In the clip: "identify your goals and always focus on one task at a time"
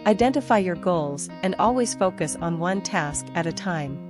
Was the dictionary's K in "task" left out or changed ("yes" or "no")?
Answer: no